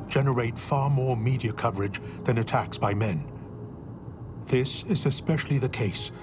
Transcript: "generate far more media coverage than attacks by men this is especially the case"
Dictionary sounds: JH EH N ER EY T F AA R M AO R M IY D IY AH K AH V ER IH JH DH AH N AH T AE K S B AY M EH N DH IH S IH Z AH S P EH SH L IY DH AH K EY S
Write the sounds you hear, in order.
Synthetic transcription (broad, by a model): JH EH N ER EY T F AA R M AO R M IY D IY AH K AH V ER IH JH DH AH N AH T AE K S B AY M EH N DH IH S IH Z AH S P EH SH L IY DH AH K EY S